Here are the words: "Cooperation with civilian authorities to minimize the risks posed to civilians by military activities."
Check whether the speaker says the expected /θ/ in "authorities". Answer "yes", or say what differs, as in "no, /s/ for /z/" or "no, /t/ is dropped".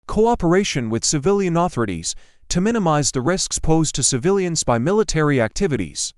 yes